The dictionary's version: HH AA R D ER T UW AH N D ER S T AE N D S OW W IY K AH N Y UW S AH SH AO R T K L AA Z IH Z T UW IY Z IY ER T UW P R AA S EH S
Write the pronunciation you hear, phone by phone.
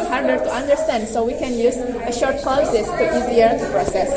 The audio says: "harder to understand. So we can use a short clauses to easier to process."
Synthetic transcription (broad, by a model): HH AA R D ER T UW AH N D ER S T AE N D S OW W IY K AH N Y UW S AH SH AO R T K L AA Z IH S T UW IY Z IY ER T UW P R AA S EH S